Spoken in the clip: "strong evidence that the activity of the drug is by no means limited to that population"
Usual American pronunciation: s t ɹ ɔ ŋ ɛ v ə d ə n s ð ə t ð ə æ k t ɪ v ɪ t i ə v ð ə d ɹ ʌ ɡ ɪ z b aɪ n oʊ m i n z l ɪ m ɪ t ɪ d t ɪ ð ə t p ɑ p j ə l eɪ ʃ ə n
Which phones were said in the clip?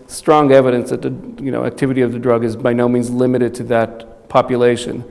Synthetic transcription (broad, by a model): s t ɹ ɔ ŋ ɛ v ə d ə n s ð ə t ð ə æ k t ɪ v ɪ t i ə v ð ə d ɹ ʌ ɡ ɪ z b aɪ n oʊ m i n z l ɪ m ɪ t ɪ d t ɪ ð ə t p ɑ p j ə l eɪ ʃ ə n